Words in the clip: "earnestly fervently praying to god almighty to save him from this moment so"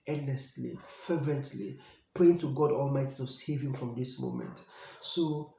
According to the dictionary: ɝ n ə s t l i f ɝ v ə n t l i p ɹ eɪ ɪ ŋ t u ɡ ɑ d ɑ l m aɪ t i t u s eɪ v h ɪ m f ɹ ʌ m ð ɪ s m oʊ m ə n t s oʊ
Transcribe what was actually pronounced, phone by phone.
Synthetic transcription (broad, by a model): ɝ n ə s t l i f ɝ v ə n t l i p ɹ eɪ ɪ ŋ t u ɡ ɑ d ɑ l m aɪ t i t u s eɪ v h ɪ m f ɹ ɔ m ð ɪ s m oʊ m ə n t s oʊ